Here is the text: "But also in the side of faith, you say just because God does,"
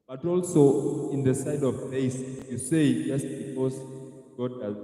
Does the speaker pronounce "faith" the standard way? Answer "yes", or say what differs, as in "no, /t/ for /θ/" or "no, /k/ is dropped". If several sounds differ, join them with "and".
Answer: no, /s/ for /θ/